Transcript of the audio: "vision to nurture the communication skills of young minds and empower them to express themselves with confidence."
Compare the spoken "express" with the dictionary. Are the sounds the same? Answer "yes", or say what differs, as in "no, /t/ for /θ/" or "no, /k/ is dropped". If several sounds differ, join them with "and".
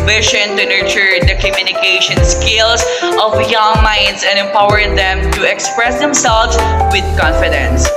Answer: yes